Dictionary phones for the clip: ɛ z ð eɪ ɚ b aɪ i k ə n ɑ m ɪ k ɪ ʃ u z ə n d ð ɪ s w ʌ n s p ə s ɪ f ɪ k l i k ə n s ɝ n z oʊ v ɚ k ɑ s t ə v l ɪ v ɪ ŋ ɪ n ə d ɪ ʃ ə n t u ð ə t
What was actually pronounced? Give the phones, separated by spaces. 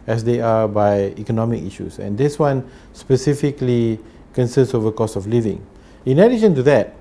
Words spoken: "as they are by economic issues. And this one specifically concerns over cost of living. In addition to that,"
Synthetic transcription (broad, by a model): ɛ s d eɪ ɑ b aɪ i k ə n ɑ m ɪ k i ʃ u s ə n d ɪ s w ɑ n s p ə s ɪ f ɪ k l i k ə n s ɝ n s oʊ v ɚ k ɑ s ə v l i v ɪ ŋ ɪ n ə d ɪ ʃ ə n t u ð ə t